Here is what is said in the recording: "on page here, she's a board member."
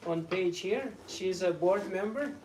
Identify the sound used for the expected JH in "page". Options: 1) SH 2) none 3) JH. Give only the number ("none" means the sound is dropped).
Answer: 3